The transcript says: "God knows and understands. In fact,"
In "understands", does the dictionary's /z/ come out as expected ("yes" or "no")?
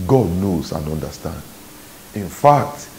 no